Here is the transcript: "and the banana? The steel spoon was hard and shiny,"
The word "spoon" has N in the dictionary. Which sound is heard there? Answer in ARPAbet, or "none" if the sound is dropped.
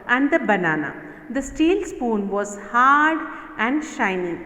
N